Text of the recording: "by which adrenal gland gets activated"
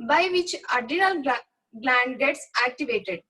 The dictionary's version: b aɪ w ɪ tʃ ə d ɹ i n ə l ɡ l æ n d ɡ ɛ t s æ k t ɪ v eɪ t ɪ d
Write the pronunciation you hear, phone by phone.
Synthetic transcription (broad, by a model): b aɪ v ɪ tʃ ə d i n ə l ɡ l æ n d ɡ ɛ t s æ k t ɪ v eɪ t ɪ d